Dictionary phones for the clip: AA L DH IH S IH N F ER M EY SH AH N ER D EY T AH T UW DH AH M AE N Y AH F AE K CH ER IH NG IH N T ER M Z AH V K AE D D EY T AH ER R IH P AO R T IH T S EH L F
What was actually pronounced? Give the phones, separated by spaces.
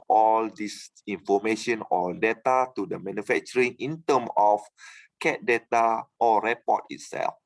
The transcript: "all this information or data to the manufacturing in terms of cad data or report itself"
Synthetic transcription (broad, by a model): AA L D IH S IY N F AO M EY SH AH N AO D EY T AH T UW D AH M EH N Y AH F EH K CH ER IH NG IH N T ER M AH F K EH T D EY T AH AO R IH P AO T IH T S EH L F